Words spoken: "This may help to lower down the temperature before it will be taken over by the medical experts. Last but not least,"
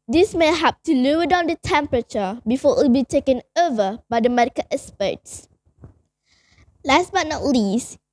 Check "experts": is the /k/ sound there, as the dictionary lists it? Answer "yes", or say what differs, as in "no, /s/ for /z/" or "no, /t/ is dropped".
no, /k/ is dropped